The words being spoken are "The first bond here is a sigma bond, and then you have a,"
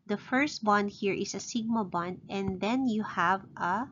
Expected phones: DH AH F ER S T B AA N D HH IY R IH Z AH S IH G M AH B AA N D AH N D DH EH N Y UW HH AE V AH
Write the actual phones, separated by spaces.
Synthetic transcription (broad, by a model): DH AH F ER S T B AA N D HH IY R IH S AH S IH G M AH B AA N D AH N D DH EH N Y UW HH AE V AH